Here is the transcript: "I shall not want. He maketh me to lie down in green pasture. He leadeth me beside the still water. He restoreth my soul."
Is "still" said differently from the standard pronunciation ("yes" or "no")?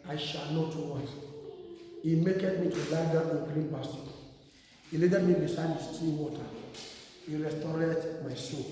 yes